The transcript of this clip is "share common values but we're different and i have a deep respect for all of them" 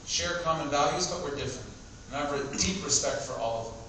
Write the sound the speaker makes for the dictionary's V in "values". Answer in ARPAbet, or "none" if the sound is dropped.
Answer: V